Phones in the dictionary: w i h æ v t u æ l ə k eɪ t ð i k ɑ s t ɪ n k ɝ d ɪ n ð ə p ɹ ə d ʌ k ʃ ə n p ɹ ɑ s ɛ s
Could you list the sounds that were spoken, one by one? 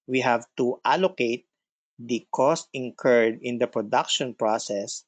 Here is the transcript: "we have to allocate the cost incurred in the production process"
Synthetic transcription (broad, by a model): w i h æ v t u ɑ l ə k eɪ t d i k ɑ s t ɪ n k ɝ d ɪ n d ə p ɹ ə d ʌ k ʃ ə n p ɹ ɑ s ɛ s